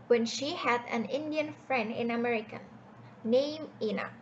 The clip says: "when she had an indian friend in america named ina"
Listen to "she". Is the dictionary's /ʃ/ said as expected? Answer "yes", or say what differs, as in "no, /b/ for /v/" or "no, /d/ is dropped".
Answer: yes